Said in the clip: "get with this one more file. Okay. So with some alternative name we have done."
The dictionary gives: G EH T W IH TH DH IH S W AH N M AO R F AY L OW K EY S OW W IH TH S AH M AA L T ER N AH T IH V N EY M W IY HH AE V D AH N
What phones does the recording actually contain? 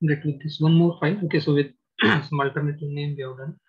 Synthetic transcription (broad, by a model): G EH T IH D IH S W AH N M AO R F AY N OW K EY S OW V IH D S AH M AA L T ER N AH T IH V N EY M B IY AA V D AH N